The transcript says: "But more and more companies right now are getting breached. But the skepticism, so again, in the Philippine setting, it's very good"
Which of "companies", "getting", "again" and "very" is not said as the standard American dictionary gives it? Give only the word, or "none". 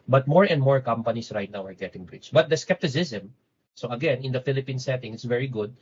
companies